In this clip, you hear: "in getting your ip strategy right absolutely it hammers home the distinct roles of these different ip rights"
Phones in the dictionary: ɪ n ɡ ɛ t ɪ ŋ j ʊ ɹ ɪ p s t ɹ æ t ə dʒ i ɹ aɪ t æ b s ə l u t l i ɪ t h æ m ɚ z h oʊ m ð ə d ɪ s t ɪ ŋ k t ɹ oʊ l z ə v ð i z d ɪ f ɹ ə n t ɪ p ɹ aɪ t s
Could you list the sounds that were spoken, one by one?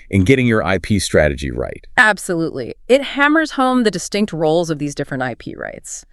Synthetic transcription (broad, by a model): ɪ n ɡ ɛ t ɪ ŋ j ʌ ɹ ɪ p s t ɹ æ t ə dʒ i ɹ aɪ t æ b s ə l u t l i ɪ t h æ m ɚ z h oʊ m ð ə d ɪ s t ɪ ŋ k t ɹ oʊ l z ə v ð i z d ɪ f ɹ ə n t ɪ p ɹ aɪ t s